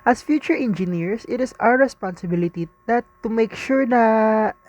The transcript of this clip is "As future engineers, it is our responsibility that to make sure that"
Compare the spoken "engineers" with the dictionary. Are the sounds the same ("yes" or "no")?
no